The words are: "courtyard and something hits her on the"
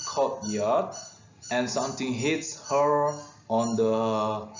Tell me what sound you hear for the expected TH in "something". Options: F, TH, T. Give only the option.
T